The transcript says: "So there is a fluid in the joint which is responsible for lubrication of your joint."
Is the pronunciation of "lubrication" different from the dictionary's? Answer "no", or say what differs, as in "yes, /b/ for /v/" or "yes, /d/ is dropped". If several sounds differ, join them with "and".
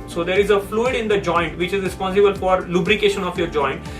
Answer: no